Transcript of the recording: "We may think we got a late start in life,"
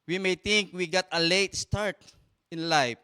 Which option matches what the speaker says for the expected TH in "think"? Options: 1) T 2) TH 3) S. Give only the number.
1